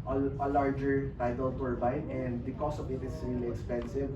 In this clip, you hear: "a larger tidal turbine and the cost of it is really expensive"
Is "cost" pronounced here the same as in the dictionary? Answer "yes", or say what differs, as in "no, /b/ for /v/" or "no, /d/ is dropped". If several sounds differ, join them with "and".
no, /t/ is dropped